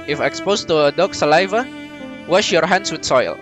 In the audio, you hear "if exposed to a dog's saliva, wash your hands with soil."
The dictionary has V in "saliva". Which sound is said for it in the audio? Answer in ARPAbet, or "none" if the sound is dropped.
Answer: V